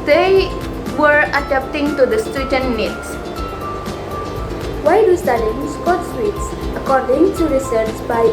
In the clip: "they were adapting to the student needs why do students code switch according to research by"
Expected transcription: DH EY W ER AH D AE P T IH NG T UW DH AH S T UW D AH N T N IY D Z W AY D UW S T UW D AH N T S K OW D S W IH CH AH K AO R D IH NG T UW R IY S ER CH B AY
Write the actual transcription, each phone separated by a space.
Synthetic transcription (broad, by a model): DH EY W ER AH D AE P T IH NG T UW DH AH S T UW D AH N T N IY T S W AY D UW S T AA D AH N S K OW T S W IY S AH K AO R D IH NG T UW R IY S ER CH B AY